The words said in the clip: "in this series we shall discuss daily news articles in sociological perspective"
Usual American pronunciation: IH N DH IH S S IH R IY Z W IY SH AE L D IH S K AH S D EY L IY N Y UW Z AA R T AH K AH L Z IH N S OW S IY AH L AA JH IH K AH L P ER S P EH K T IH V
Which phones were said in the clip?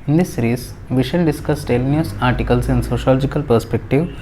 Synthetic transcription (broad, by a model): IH N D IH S S R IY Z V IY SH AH N D IH S K AH S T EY L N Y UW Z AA R T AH K AH L S IH N S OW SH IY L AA JH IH K AH L P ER S P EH K T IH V